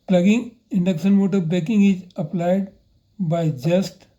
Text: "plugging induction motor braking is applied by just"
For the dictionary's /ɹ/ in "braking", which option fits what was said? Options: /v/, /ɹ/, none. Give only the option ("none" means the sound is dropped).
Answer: none